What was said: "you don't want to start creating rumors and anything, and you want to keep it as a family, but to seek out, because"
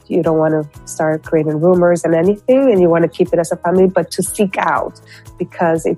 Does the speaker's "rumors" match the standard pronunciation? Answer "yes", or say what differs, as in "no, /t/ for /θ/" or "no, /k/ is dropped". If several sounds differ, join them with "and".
yes